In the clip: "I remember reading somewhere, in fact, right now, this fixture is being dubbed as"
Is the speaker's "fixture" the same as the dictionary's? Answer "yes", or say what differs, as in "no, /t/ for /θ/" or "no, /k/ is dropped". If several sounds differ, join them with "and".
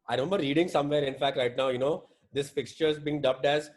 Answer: yes